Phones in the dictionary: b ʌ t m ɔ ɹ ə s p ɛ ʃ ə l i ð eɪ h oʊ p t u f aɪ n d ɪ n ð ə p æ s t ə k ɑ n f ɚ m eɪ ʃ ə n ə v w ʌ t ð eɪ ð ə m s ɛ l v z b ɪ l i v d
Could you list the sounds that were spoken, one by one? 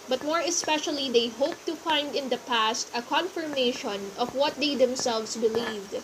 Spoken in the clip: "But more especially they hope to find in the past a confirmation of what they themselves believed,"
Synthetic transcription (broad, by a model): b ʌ t m ɔ ɹ ə s p ɛ ʃ ə l i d eɪ h oʊ p t u f aɪ n d ɪ n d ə p æ s t ə k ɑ n f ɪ m eɪ ʃ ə n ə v w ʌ t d eɪ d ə m s ɛ l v s b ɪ l i v d